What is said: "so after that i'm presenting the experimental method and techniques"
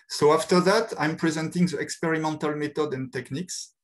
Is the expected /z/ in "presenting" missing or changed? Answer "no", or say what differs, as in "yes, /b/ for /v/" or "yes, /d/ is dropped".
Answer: no